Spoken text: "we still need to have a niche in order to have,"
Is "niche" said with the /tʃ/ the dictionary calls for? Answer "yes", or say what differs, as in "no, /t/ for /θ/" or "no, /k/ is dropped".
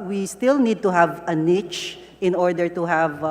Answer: yes